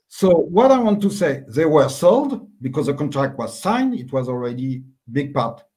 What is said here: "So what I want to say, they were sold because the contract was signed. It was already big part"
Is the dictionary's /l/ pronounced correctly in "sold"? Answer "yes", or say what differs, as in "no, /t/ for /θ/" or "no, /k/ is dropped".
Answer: yes